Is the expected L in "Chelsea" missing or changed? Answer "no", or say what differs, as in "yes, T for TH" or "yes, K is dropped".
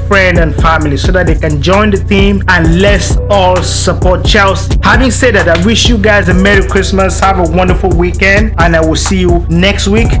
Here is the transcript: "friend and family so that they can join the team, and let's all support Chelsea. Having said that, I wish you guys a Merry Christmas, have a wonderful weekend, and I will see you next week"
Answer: no